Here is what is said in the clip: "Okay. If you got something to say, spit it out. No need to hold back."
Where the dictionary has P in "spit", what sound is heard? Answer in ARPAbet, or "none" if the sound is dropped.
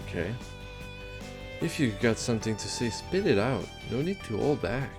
P